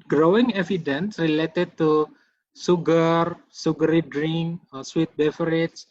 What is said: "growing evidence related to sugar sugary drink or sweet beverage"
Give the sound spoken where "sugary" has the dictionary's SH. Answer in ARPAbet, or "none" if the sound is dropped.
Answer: S